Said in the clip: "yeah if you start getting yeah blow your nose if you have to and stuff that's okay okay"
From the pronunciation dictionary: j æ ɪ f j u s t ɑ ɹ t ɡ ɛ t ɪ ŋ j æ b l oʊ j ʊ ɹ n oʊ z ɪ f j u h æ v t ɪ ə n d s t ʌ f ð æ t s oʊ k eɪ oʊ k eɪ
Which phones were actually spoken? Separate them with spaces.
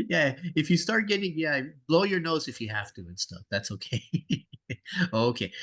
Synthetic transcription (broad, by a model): j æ ɪ f j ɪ s t ɑ ɹ t ɡ ɛ t ɪ ŋ j æ b l oʊ j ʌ ɹ n oʊ z ɪ f j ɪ h æ f t ɪ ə n s t ʌ f ð æ t s oʊ k eɪ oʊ k eɪ